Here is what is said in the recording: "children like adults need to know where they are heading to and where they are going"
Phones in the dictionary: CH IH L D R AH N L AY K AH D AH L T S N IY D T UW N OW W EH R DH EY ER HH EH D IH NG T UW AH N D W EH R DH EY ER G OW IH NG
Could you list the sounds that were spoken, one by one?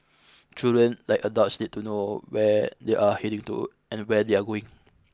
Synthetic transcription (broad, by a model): CH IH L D R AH N L AY K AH D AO T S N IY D T UW N OW W EH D EY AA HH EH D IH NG T UW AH N W EH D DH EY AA G OW IH NG